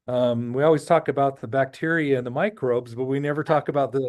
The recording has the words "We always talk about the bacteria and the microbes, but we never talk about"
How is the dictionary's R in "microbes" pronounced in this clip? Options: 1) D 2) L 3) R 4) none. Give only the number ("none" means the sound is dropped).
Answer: 3